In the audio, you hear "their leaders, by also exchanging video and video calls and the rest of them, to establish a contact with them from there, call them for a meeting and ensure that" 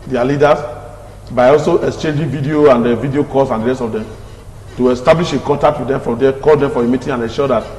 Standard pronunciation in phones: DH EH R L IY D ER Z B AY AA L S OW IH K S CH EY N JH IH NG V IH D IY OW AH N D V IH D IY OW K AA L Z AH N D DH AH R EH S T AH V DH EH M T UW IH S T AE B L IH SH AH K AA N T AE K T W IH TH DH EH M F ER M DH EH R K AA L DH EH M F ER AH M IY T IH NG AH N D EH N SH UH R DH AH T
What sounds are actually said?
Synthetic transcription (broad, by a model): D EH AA L IY D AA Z B AY AA L S OW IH K S CH EY N JH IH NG V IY D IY OW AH N D V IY D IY OW K AA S AH N D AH R EH S T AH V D EH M T UW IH S T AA B L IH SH AH K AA T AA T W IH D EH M F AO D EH K AA L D EH M F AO AH M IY T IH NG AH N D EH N SH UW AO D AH T